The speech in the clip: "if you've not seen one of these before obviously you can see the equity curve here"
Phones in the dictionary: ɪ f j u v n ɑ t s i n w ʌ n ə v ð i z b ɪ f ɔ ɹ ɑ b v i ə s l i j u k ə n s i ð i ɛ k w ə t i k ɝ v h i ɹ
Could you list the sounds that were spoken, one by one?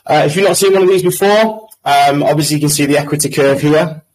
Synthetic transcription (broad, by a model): ɪ f j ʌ n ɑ t s i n w ʌ n ə v ð i z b ɪ f ɔ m ɑ b v i ə s l i j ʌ k ə n s i ð i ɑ k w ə t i k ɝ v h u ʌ